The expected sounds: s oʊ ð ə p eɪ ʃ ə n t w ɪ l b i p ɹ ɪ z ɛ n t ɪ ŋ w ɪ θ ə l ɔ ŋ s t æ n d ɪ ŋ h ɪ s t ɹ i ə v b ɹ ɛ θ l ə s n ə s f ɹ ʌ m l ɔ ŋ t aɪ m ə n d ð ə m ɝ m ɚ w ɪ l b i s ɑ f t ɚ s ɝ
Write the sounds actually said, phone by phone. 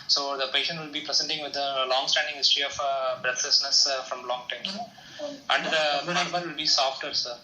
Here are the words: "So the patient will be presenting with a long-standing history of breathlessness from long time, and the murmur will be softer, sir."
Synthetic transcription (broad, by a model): s oʊ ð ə p eɪ ʃ ə n t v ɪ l b i p ɹ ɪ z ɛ n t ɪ ŋ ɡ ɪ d ə l ɔ ŋ s t æ n d ɪ ŋ h ɪ s t ɹ i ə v b ɹ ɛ t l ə s n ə s f ɹ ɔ m l ɔ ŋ t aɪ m ə n d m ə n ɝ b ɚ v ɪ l b i s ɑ f t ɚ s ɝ